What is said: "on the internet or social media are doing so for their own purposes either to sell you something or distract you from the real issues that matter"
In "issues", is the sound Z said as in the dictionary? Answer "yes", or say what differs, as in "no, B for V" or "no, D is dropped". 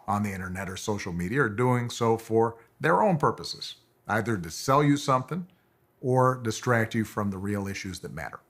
yes